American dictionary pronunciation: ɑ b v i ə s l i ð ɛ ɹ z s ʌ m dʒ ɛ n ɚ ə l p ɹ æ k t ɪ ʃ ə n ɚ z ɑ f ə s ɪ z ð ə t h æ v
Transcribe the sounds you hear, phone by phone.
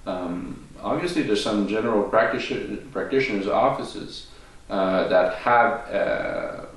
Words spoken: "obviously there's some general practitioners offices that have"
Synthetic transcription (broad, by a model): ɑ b v i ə s l i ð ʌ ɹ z s ʌ m dʒ ɛ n ɚ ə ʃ p ɹ æ k t ɪ ʃ ə n ɚ z ɑ f ə s ɪ z ð ə t h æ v